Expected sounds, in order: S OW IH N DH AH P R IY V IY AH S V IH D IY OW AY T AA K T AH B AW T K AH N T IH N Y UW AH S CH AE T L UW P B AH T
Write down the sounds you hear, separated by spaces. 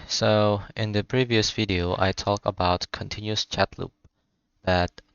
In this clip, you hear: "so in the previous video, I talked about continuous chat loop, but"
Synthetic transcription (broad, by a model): S OW IH N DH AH P R IY V IY AH S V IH D IY OW AY T AA K AH B AW T K AH N T IH N Y UW AH S CH AE T L UW P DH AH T